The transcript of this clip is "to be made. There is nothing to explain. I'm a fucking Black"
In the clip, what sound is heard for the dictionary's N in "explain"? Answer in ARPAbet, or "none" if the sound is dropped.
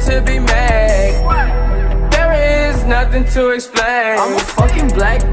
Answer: none